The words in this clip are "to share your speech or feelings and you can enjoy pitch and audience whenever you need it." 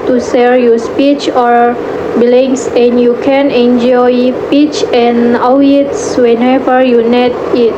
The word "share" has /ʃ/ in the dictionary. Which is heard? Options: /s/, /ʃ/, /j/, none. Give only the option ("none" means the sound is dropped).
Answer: /s/